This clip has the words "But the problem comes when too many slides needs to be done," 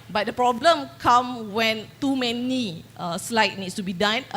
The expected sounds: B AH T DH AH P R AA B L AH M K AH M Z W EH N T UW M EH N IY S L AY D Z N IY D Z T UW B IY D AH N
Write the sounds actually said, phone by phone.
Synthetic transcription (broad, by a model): B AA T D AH P R AA B L AH M K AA M W EH N T UW M EH N IY S L AY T N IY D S T UW B IY D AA N